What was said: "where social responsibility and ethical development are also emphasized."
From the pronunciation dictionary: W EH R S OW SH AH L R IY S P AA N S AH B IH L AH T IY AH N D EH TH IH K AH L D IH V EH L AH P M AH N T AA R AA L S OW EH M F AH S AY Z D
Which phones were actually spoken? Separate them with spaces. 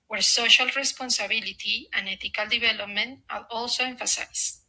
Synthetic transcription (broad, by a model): W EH R S OW SH AH L R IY S P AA N S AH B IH L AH T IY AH N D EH T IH K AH L D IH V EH L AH P M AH N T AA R AA L S OW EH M F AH S AY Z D